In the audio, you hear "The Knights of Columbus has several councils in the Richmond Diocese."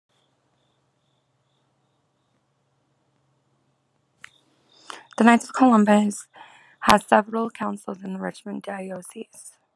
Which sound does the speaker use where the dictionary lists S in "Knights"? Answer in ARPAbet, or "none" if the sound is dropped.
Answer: none